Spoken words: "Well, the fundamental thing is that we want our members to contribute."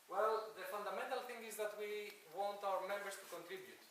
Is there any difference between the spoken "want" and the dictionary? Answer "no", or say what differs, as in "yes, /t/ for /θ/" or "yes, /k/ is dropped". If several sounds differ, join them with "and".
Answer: no